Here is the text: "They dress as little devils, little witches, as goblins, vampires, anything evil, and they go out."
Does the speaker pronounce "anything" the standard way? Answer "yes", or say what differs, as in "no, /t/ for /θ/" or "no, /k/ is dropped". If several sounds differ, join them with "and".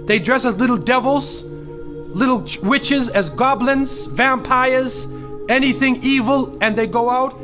yes